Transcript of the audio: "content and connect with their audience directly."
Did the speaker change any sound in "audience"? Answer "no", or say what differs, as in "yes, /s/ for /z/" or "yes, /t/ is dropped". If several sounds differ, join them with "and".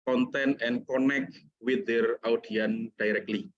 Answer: yes, /s/ is dropped